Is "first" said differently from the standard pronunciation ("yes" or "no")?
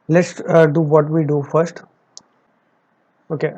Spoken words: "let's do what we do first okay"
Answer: no